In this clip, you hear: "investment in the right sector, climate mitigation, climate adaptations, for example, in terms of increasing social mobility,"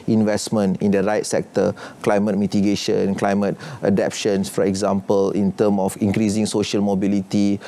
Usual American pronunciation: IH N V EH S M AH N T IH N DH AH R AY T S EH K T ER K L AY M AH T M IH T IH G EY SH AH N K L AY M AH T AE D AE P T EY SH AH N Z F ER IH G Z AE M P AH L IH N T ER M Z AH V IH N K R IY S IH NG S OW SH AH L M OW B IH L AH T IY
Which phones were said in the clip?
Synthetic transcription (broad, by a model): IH N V EH S M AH N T IH N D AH R AY T S EH K T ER K L AY M AH T M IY T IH G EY SH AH N K L AY M AH T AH D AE P SH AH N S F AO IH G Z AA M P AH L IH N T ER M AH F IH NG K R IY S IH NG S OW SH AH L M OW B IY L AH T IY